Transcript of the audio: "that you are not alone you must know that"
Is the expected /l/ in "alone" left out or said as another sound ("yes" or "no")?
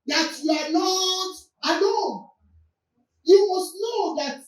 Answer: yes